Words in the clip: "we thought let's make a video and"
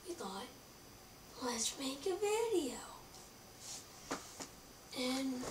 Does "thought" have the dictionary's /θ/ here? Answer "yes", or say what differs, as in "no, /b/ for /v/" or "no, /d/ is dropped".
no, /t/ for /θ/